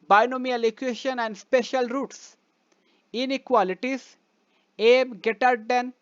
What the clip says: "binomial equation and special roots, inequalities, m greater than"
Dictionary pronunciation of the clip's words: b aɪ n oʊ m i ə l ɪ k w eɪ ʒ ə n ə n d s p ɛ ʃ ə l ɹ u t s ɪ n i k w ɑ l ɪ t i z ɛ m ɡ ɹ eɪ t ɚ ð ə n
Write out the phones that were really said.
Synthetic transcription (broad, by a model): b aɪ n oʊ m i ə l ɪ k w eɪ ʃ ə n ə n d s p ɛ ʃ ə l ɹ u t s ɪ n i k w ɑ l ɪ t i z ɛ m ɡ eɪ t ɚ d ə n